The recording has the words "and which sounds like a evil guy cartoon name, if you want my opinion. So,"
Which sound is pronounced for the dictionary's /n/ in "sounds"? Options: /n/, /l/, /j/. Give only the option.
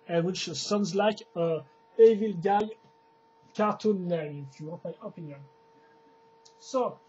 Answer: /n/